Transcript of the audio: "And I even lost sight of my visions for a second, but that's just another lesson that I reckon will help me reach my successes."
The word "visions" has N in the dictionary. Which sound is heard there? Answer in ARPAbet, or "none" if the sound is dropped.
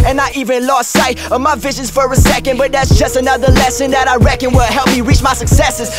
N